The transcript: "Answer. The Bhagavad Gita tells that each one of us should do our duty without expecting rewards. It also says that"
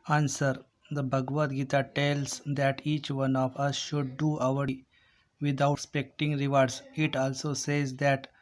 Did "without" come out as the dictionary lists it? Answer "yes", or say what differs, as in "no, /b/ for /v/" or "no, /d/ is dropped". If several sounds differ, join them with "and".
no, /t/ is dropped